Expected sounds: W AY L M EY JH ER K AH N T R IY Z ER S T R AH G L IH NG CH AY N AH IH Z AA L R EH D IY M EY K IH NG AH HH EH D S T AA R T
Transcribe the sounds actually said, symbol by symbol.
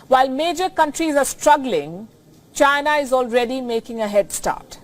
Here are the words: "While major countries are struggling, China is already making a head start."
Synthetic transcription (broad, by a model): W AY L M EY JH ER K AH N T R IY Z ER S T R AH G L IH NG CH AY N AH IH Z AA L R EH D IY M EY K IH NG AH HH EH D S T AA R T